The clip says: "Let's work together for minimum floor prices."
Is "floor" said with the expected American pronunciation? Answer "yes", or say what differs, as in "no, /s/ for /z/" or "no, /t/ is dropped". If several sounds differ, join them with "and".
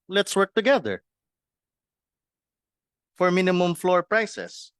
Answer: yes